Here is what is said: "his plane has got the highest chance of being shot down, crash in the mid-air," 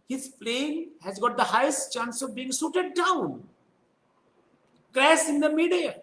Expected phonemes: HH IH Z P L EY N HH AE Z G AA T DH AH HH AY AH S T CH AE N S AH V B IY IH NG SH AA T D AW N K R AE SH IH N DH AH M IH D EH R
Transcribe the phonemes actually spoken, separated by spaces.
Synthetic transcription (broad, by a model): HH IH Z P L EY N HH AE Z G AA T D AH HH AY AH S T CH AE N S AH V B IY IH NG S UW T D AW N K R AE S IH N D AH M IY D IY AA